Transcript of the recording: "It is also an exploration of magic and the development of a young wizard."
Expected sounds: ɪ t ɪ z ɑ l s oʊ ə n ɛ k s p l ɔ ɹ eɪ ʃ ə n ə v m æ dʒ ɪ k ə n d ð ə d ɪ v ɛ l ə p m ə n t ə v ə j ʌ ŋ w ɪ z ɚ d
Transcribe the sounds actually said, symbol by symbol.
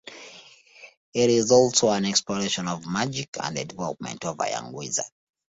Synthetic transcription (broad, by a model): ɪ t ɪ z ɑ l s oʊ ə n ɛ k s p l ɔ ɹ eɪ ʃ ə n ə v m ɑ dʒ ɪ k ə n d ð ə d ɪ v ɛ l ə p m ə n t ə v ə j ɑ ŋ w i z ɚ